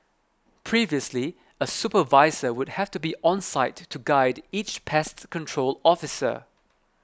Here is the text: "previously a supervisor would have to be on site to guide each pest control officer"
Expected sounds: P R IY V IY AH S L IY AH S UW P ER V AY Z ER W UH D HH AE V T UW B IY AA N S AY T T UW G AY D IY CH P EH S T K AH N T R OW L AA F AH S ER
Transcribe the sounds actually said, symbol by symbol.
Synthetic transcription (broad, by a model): P R IY V IY AH S L IY AH S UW P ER V AY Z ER W UH D HH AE F T UW B IY AA N S AY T T UW G AY D IY CH P EH S T K AH N T R OW L AA F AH S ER